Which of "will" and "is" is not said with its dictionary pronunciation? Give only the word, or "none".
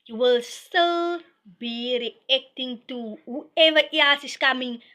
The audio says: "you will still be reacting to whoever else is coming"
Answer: is